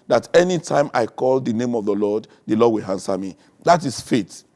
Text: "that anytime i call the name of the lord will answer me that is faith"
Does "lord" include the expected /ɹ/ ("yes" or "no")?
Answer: no